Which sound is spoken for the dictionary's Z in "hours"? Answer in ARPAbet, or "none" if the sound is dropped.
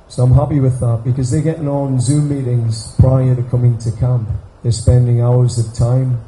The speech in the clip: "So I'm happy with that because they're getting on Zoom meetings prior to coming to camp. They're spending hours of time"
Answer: Z